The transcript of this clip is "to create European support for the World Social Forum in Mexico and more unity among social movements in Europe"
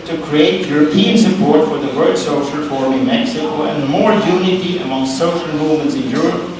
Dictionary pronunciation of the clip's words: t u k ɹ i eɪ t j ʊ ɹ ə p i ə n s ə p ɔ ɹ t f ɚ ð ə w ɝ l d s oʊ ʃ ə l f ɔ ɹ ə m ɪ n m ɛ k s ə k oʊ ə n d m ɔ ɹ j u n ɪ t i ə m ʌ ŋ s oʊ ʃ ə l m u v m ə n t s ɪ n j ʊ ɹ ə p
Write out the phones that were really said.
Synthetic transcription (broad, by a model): t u k ɹ i eɪ t j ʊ ɹ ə p i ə n s ə p ɔ ɹ t f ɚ ð ə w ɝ d s oʊ ʃ ə l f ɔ ɹ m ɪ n m ɛ k s ə k oʊ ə n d m ɔ ɹ j u n ɪ t i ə m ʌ ŋ s oʊ ʃ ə l m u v m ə n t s ɪ n j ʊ ɹ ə p